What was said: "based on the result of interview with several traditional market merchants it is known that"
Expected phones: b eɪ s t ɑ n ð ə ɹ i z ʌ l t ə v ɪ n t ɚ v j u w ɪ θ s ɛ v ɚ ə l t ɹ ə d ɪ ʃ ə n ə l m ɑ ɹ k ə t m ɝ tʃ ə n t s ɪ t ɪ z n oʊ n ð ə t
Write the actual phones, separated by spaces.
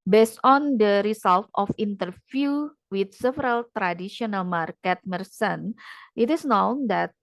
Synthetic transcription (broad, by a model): b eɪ s t ɑ n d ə ɹ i s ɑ l t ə f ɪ n t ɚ f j u w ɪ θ s ɛ v ɚ ə l t ɹ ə d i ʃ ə n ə l m ɑ ɹ k ə t m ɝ s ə n t ɪ t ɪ s n oʊ n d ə t